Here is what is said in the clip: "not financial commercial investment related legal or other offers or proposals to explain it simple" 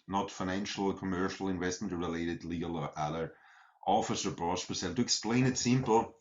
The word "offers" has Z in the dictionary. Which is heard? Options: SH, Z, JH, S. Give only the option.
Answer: S